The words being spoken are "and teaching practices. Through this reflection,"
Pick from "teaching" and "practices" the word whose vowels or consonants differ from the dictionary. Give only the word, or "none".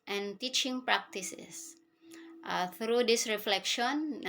practices